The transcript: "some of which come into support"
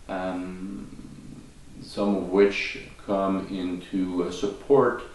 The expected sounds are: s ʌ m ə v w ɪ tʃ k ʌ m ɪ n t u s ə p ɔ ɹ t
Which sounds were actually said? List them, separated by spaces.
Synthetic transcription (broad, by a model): s ʌ m ə v w ɪ tʃ k ʌ m ɪ n t u s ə p ɔ ɹ t